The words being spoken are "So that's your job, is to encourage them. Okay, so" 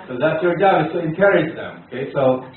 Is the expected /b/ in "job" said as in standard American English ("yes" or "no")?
no